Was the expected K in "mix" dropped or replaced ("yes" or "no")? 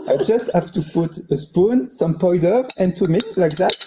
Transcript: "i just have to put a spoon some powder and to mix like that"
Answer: no